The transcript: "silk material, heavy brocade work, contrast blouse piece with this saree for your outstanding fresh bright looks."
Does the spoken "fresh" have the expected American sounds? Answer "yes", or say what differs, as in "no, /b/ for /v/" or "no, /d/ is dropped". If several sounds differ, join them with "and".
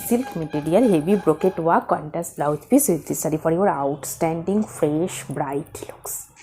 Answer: yes